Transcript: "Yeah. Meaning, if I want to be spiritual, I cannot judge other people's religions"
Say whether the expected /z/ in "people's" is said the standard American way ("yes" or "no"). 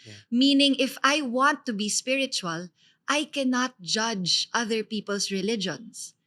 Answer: no